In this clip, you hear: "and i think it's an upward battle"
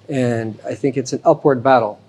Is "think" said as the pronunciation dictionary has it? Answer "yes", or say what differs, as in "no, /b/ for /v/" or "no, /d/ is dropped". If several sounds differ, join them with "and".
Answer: yes